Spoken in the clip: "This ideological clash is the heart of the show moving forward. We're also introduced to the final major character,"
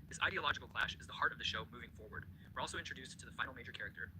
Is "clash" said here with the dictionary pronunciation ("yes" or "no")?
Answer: yes